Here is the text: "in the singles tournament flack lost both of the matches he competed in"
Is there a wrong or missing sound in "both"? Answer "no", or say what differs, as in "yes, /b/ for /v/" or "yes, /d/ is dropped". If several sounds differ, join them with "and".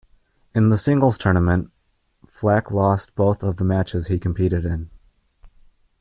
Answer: no